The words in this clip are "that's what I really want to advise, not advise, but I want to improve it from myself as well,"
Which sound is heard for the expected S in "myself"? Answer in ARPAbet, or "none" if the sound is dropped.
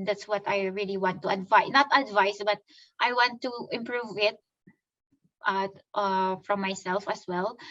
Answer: S